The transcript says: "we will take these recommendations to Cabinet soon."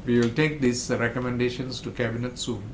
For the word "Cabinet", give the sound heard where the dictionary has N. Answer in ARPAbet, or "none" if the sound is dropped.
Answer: N